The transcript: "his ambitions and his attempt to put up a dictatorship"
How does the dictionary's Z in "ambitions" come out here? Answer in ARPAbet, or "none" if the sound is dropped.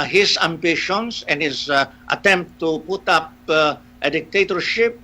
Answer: S